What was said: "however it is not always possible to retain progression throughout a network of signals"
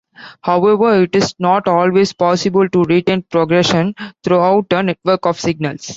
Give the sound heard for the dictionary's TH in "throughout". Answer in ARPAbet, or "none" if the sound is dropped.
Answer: T